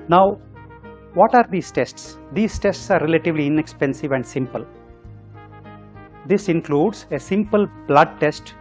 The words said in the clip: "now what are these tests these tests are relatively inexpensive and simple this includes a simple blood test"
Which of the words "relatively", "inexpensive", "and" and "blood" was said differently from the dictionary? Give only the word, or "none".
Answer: none